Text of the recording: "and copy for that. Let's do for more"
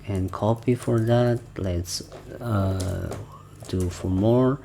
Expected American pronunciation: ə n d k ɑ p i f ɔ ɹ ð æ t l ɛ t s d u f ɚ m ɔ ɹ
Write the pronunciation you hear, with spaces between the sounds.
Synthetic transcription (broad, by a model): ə n k ɑ p i f ɔ ɹ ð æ t l ɛ t s d u f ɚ m ɔ ɹ